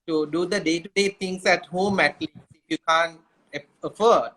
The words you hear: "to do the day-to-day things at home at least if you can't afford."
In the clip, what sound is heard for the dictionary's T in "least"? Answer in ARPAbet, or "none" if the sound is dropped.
none